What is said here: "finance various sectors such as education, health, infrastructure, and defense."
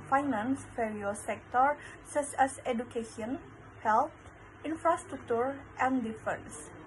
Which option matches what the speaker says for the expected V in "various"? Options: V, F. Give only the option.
F